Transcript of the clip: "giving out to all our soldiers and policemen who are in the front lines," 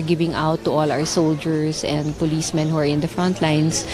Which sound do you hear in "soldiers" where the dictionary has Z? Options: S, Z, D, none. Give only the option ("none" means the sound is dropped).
S